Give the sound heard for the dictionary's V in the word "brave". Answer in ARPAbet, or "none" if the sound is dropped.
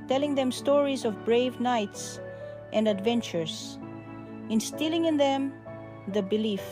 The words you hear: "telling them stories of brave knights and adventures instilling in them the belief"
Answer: V